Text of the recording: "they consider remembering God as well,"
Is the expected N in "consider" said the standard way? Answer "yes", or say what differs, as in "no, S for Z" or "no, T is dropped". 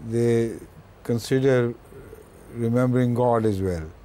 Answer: yes